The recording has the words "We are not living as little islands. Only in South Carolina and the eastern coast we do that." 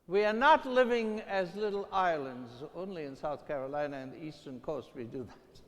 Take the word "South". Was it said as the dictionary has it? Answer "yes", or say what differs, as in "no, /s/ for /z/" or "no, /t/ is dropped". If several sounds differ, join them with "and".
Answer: yes